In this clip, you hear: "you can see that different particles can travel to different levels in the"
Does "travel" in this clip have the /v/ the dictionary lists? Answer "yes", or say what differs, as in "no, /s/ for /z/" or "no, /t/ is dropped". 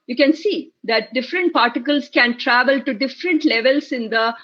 yes